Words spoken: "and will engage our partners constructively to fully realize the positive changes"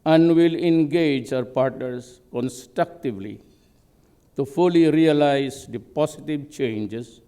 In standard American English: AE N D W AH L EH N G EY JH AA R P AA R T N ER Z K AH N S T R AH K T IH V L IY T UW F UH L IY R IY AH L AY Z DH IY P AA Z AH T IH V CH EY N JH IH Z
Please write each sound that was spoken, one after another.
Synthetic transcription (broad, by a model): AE N D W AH L EH N G EY JH AA R P AA R T N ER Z K AH N S T R AH K T IH V L IY T UW F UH L IY R IY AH L AY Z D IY P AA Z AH T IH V CH EY N JH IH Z